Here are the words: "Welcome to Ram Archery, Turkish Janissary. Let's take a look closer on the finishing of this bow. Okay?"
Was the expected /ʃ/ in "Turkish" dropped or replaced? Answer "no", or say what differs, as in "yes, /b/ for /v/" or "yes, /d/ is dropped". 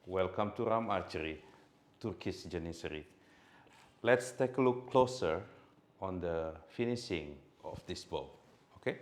yes, /s/ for /ʃ/